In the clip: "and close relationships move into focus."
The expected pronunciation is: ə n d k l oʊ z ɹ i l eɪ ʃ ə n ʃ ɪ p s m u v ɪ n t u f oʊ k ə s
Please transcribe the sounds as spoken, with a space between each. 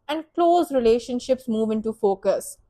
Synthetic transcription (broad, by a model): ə n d k l oʊ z ɹ i l eɪ ʃ ə n ʃ ɪ p s m u v ɪ n t u f oʊ k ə s